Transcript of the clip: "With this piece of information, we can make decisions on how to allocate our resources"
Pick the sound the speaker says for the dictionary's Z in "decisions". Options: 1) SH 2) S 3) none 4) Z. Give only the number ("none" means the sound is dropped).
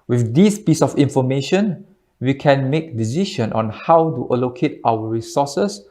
3